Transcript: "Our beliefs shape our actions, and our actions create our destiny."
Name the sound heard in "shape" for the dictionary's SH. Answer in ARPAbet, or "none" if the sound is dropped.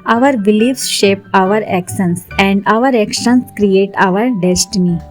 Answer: SH